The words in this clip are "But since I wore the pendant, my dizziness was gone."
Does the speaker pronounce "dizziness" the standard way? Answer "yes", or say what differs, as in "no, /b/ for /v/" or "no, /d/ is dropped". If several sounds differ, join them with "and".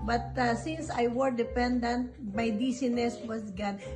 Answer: no, /s/ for /z/